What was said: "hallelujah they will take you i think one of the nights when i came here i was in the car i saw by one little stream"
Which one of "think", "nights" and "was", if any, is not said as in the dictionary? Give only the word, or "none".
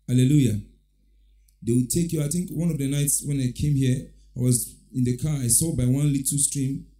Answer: none